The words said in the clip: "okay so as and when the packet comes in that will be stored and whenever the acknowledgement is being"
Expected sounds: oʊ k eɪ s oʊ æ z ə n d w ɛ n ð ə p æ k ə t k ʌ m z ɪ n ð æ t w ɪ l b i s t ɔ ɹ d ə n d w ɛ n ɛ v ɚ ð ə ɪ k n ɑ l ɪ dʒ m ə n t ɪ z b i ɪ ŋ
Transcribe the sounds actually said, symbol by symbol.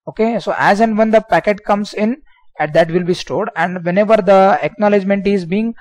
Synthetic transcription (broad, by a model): oʊ k eɪ s oʊ æ z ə n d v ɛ n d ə p æ k ə t k ʌ m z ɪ n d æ t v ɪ l b i s t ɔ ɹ d ə n d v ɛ n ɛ v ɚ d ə ɪ k n ɑ l ɪ dʒ m ə n t ɪ z b i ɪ ŋ